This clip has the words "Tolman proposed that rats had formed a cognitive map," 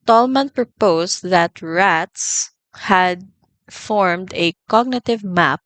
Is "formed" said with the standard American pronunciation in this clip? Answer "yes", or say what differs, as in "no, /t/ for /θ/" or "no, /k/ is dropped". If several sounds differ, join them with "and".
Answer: yes